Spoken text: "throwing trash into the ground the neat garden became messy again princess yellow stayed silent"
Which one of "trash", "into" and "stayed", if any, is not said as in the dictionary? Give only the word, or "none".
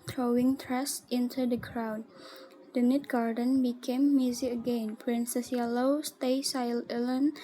trash